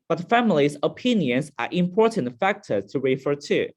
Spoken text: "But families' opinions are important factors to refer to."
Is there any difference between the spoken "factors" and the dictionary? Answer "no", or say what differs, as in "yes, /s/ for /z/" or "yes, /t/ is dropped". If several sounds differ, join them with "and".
yes, /z/ is dropped